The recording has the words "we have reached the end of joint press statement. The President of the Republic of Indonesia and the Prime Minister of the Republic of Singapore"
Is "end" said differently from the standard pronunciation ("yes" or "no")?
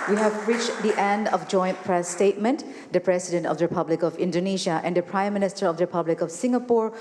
no